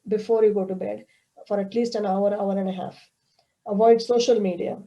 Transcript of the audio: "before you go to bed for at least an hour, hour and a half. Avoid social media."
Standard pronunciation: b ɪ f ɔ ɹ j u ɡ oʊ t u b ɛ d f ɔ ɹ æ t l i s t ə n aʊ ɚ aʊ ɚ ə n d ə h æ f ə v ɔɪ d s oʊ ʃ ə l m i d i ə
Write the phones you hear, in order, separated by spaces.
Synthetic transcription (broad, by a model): b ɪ f ɔ ɹ j u ɡ oʊ t u b ɛ d f ɔ ɹ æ t l i s t ə n aʊ ɚ aʊ ɚ ə n d ə h æ f ə v ɔɪ d s oʊ ʃ ə l m i d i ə